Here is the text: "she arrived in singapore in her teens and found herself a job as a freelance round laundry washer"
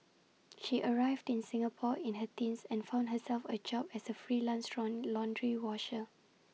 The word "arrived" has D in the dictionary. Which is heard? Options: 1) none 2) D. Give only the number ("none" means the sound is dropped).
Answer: 2